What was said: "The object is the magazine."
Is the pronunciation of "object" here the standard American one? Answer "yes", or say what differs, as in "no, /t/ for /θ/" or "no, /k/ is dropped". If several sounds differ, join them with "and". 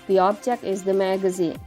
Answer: no, /tʃ/ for /dʒ/ and /t/ is dropped